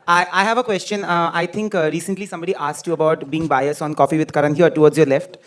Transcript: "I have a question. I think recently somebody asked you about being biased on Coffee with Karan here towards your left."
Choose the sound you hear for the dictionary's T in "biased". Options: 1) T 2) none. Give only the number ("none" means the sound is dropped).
2